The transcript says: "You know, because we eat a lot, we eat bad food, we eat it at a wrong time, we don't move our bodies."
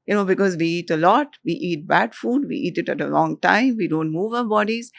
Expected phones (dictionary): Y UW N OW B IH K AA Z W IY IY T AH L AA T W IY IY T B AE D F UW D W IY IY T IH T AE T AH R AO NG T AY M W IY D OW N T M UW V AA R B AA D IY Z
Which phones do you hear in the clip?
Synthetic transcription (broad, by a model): Y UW N OW B IH K AA Z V IY IY T AH L AA T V IY IY T B AE D F UW D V IY IY T IH T AE T AH L AO NG T AY M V IY D OW N T M UW V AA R B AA D IY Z